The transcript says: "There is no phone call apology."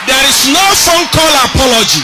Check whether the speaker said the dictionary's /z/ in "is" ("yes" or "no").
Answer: no